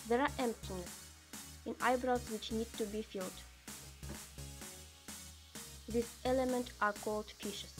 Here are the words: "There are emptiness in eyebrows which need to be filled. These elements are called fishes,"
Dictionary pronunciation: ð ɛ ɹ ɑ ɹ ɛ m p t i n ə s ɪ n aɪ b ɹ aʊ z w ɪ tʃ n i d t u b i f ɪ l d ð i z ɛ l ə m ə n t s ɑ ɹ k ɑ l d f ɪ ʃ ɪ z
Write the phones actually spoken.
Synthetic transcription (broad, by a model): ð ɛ ɹ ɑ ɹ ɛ m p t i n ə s ɪ n aɪ b ɹ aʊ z w ɪ tʃ n i d t u b i f ɪ l d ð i s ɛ l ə m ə n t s ɑ ɹ k ɑ l d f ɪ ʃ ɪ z